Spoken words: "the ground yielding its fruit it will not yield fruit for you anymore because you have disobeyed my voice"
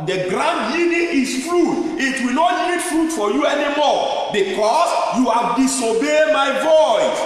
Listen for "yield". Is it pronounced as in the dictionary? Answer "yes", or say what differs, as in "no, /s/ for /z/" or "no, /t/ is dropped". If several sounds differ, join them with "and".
no, /l/ is dropped